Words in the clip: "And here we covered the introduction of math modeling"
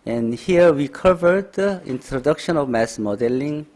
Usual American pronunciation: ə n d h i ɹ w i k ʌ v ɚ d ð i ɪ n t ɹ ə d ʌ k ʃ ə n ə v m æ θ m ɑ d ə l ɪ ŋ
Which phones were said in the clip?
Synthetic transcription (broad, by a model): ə n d h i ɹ w i k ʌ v ɚ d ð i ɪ n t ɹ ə d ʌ k ʃ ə n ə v m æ s m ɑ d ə l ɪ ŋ